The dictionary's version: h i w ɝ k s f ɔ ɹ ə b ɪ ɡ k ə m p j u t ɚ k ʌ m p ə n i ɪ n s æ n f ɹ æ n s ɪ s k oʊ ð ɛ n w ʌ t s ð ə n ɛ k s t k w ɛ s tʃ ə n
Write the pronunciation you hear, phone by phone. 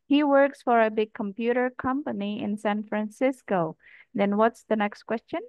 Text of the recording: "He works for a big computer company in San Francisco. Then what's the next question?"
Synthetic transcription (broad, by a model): h i w ɝ k s f ɔ ɹ ə b ɪ ɡ k ə m p j u t ɚ k ʌ m p ə n i ɪ n s æ n f ɹ æ n s ɪ s k oʊ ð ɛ n w ʌ t s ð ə n ɛ k s t k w ɛ s tʃ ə n